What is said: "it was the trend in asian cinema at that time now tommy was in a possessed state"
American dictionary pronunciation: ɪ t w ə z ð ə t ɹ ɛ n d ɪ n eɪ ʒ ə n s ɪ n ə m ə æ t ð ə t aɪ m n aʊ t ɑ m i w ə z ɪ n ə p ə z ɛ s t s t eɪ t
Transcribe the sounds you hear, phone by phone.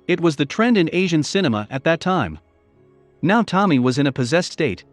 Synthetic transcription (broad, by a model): ɪ t w ə z ð ə t ɹ ɛ n d ɪ n eɪ ʒ ə n s ɪ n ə m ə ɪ t ð ə t aɪ m n aʊ t ɑ m i w ə z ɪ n ə p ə z ɛ s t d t eɪ t